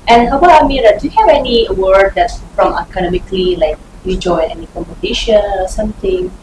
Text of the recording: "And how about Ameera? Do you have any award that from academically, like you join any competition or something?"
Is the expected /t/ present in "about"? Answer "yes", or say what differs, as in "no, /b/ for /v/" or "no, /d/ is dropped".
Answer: no, /t/ is dropped